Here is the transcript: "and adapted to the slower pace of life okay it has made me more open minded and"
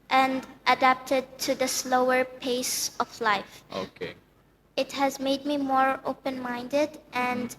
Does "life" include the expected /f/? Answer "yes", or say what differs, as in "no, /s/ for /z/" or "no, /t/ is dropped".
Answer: yes